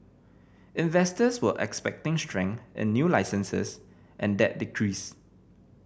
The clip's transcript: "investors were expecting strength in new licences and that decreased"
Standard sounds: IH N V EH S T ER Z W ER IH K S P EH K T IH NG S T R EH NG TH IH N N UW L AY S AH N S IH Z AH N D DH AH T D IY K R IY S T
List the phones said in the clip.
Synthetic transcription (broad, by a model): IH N V EH S T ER S W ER IH K S P EH K T IH NG S T R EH NG IH N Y UW L AY S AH N S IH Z AH N D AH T D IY K R IY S